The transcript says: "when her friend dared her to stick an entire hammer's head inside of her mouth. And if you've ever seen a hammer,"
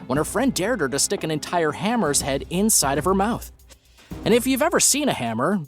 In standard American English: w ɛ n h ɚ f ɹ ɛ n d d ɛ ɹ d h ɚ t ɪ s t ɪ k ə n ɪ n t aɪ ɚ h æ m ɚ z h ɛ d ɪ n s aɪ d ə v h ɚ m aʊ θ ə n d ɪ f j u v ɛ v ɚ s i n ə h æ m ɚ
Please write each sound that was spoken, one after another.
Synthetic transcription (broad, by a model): w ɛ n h ɚ f ɹ ɛ n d d ɛ ɹ d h ɚ t ɪ s t ɪ k ə n ɪ n t aɪ ɚ h æ m ɚ z h ɛ d ɪ n s aɪ d ə v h ɚ m aʊ θ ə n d ɪ f j u v ɛ v ɚ s i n ə h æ m ɚ